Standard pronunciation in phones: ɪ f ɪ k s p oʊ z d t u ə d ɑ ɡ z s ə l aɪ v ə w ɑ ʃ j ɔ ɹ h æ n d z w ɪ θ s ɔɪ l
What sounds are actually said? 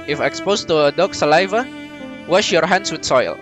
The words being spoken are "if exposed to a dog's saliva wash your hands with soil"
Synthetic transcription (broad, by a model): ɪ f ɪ k s p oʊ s t u ə d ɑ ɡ s ə l aɪ v ə w ɑ ʃ j ɔ ɹ h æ n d s w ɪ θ s ɔɪ l